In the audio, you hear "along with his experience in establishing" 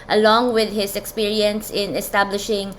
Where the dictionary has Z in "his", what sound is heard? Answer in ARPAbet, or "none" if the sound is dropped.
S